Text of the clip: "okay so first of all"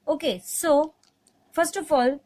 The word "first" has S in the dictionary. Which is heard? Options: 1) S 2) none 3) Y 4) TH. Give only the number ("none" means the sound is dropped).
1